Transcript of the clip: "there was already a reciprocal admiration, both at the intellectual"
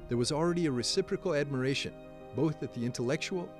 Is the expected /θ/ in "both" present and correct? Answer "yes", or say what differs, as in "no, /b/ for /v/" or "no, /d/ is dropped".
yes